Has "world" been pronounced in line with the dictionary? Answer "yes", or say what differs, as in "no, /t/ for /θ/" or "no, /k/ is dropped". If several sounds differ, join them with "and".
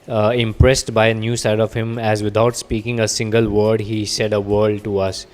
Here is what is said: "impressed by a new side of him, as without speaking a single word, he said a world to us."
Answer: no, /l/ is dropped